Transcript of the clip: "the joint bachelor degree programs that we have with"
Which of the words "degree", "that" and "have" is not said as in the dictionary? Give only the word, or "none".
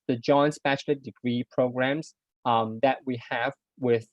none